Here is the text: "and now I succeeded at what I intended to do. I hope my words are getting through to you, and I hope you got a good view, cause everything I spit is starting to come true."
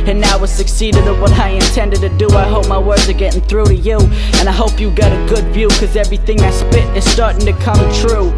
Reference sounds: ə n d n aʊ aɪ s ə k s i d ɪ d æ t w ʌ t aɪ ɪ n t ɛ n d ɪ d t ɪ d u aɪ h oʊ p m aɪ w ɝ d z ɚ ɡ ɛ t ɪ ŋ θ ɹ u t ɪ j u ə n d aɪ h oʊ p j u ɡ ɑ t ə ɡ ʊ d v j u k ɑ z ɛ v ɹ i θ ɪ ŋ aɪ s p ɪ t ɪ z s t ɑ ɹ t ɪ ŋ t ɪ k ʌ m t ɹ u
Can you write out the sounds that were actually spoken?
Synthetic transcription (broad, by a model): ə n n aʊ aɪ s ə k s i d ɪ d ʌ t w ʌ t aɪ ɪ n t ɛ n d ɪ d t ɪ d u aɪ h oʊ p m aɪ w ɝ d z ɚ ɡ ɛ t ɪ ŋ θ ɹ u t ɪ j u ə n aɪ h oʊ p j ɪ ɡ ɑ t ə ɡ ʊ d v j u k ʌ z ɛ v ɹ i θ ɪ ŋ aɪ s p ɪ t ɪ z s t ɑ ɹ t ɪ ŋ t ɪ k ʌ m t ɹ u